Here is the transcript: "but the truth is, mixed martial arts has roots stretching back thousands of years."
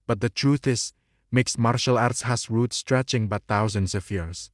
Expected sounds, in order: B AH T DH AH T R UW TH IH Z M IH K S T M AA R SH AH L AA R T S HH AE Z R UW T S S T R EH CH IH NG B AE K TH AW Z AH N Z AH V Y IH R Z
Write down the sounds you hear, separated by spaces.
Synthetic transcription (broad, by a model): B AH T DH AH T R UW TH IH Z M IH K S M AA R SH AH L AA R T S HH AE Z R UW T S S T R EH CH IH NG B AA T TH AW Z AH N S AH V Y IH R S